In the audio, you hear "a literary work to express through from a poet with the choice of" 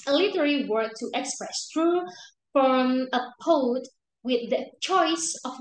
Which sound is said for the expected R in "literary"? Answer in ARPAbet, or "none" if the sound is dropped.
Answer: L